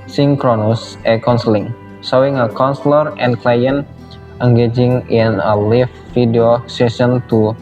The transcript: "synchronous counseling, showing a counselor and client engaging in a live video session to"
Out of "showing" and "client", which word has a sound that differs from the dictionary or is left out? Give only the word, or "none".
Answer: showing